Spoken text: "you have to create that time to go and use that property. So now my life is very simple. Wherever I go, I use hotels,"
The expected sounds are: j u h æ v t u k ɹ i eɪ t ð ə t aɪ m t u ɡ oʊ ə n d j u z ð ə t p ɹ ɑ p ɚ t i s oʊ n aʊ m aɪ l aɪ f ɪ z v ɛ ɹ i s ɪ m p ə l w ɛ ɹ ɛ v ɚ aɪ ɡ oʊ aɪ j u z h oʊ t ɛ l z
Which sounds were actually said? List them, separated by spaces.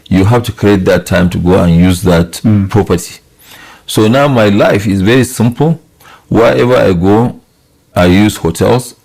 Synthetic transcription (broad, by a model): j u h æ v t u k ɹ i eɪ t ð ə t aɪ m t u ɡ oʊ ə n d j u z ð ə t p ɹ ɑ p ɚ t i s oʊ n aʊ m aɪ l aɪ f ɪ z v ɛ ɹ i s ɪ m p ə l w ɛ ɛ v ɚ aɪ ɡ oʊ aɪ j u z h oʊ t ɛ l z